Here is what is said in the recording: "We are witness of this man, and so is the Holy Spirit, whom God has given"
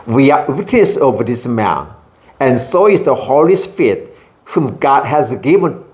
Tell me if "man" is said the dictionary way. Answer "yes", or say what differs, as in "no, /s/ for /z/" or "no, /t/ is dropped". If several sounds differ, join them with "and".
yes